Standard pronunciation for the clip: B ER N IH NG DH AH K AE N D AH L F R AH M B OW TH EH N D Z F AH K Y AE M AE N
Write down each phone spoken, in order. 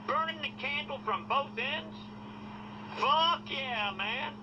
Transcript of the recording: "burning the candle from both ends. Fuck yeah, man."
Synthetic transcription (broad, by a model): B ER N IH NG DH AH K AE N D L F R AH M B OW TH EH N D Z F AH K Y AE M AE N